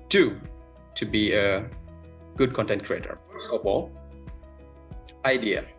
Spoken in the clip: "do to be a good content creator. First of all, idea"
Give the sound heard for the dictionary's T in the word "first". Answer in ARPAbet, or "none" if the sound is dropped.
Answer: none